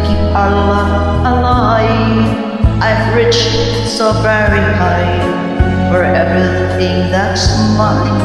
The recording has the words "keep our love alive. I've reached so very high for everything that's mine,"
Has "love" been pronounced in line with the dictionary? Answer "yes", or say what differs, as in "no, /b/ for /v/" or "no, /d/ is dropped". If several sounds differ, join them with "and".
no, /v/ is dropped